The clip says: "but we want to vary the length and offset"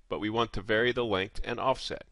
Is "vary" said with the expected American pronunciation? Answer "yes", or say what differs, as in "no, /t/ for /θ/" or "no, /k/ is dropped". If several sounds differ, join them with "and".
yes